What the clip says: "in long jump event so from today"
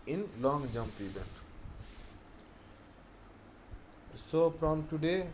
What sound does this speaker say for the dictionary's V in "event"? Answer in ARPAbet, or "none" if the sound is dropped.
B